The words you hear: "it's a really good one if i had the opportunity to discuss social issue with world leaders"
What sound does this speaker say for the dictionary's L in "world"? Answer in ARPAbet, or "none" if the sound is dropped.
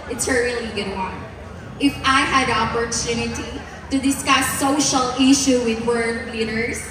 none